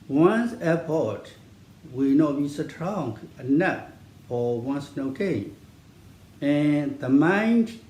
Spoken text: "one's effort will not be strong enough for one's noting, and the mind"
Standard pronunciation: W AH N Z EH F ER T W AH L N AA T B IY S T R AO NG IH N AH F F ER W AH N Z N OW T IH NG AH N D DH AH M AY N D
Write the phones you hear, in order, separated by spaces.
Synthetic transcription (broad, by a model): W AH N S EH P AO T W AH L N AA T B IY S T R AO NG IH N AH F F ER W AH N S N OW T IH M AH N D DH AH M AY N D